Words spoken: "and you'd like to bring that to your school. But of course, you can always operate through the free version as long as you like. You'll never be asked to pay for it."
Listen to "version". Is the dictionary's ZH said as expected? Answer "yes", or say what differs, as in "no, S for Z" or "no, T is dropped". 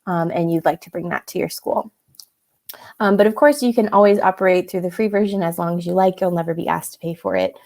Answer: yes